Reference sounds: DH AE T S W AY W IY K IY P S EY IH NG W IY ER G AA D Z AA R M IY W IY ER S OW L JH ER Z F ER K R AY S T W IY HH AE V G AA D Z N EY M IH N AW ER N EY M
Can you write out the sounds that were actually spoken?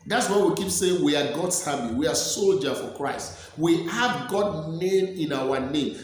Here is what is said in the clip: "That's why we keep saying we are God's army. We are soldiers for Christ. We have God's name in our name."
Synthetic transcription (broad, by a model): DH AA T S W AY W IY K IY P S EY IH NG W IY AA G AA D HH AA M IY W IY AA S OW L JH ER F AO K R AY S T W IY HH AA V G AA D N EY M IH N AW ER N EY M